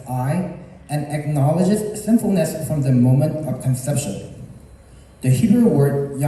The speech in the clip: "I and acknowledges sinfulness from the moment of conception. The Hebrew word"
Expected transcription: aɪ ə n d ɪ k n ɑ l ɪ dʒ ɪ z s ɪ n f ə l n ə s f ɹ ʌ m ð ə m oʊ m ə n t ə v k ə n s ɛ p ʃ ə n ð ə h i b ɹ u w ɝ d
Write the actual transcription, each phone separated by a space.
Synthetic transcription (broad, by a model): aɪ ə n ɪ k n ɑ l ɪ dʒ ɪ z s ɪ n f l n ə s f ɹ ʌ m ð ə m oʊ m ə n t ə v k ə n s ɛ p ʃ ə n ð ə h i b ɹ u w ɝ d